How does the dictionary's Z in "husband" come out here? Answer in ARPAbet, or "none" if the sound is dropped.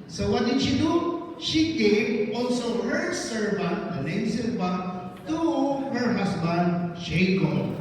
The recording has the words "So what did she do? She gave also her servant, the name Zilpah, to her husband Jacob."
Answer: S